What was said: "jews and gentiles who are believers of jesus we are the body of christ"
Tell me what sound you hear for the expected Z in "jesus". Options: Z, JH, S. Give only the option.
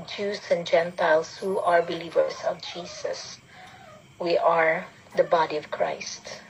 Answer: S